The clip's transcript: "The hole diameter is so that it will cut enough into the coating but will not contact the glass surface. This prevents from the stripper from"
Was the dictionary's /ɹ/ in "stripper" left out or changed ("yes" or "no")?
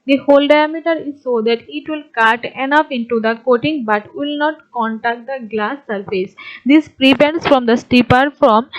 yes